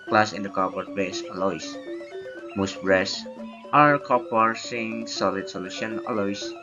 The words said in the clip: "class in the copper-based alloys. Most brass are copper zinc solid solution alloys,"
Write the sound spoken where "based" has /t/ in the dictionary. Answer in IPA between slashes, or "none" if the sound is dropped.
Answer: none